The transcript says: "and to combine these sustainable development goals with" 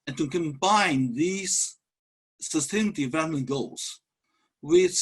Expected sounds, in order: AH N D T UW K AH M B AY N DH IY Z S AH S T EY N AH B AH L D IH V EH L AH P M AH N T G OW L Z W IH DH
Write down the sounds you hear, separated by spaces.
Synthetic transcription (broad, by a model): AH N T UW K AH M B AY N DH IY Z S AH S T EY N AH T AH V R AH M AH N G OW L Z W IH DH